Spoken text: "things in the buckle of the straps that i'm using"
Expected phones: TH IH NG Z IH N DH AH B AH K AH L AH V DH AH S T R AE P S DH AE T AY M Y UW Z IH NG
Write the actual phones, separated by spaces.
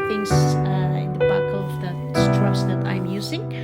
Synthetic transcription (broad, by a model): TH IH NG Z IH N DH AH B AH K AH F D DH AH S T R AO S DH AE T AY M Y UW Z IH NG